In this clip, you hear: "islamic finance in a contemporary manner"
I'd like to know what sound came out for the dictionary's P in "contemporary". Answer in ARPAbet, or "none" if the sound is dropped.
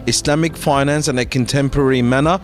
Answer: P